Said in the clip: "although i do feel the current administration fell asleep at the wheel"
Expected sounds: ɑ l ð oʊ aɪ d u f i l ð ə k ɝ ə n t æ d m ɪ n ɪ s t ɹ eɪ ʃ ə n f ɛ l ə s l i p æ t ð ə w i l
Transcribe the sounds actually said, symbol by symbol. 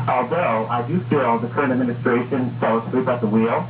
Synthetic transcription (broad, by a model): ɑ l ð oʊ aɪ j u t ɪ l ð ə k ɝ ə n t æ d m ɪ n ɪ s t ɹ eɪ ʃ ə n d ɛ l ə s i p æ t ð ə w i l